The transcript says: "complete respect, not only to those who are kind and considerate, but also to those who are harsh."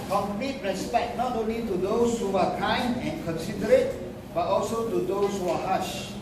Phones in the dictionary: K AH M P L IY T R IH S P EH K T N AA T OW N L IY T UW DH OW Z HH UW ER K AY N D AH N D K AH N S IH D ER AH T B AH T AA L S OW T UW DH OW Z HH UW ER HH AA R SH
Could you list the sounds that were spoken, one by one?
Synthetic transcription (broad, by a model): K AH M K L IY T R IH S P EH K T N AA T OW N L IY T UW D OW S HH UW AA K AY N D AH N K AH N S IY D ER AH T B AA T AA L S OW T UW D OW S HH UW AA HH AA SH